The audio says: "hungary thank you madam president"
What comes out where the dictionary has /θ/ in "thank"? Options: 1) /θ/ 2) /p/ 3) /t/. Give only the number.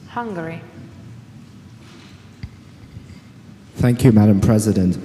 1